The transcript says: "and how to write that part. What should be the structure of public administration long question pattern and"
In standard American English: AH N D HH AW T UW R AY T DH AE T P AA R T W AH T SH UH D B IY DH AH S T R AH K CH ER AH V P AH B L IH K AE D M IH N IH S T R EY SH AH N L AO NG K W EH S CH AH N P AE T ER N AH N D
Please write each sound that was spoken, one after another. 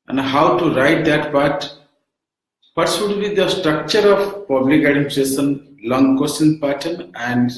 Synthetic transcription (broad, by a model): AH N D HH AW T UW R AY T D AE T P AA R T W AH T S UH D B IY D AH S T R AH K CH ER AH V P AH B L IH K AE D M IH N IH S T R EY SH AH N L AO NG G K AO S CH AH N P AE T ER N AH N D